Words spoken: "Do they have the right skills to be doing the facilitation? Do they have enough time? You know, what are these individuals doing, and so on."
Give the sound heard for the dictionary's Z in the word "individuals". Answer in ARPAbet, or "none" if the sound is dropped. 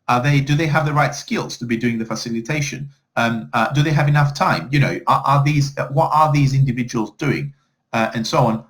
Z